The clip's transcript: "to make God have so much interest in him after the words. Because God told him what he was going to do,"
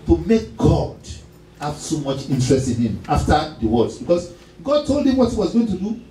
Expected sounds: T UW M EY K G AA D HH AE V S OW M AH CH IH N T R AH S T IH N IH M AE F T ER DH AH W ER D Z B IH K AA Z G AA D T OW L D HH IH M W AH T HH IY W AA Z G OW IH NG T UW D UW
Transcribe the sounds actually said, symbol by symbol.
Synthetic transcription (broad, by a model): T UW M EY K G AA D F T S OW M AH CH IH N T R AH S T IH N IH M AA F T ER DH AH W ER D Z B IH K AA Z G AA D T OW L D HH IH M W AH T HH IY W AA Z G OW IH NG T UW D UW